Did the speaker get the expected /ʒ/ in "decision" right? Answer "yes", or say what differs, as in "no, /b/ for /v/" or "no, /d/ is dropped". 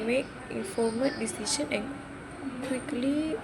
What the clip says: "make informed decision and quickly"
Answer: no, /s/ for /ʒ/